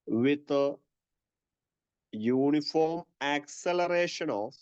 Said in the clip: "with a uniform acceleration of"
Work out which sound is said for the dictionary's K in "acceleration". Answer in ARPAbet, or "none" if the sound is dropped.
K